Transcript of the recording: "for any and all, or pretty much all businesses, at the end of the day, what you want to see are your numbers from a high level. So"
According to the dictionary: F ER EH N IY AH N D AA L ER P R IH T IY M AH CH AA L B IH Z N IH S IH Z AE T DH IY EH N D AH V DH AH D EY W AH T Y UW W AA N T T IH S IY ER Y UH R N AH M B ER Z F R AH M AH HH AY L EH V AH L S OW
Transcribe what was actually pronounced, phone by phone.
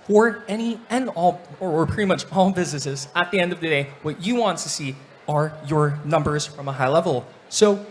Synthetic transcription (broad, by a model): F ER EH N IY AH N AA L ER P R IH T IY M AH CH AA L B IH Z IH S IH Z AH T DH IY EH N D AH V DH AH D EY W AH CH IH W AA N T T IH S IY ER Y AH R N AH M B ER Z F R AH M AH HH AY L EH V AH L S OW